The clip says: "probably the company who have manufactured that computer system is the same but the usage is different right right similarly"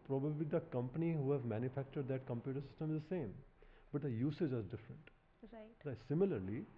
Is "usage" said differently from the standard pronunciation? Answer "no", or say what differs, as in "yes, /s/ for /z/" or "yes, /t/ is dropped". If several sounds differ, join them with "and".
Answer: no